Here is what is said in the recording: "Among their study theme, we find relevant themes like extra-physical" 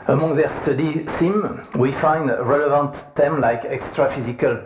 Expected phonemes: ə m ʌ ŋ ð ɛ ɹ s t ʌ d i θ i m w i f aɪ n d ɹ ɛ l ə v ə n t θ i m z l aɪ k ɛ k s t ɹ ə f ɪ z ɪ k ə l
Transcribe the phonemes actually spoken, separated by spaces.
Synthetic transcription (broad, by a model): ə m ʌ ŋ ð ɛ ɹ s t ʌ d i s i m w i f aɪ n d ɹ ɛ l ə v ə n t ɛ m l aɪ k ɛ k s t ɹ ə f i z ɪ k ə l